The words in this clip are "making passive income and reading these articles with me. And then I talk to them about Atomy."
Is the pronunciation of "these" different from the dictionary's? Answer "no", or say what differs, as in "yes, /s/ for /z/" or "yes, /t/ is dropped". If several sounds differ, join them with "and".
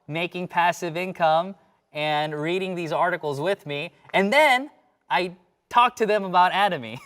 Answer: no